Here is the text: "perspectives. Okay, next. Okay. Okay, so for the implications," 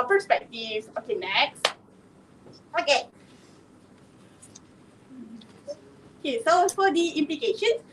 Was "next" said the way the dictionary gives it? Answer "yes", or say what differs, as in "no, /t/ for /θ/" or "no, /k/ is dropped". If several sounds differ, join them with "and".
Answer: yes